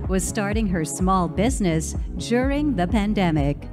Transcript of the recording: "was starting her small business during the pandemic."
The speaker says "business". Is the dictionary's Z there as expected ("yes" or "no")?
yes